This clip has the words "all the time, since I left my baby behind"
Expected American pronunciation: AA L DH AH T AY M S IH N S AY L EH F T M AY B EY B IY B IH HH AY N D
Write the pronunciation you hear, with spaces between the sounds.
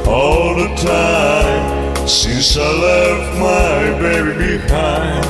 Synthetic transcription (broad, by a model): AA L DH AH T AY M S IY S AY L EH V M AY B EY B IY B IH HH AY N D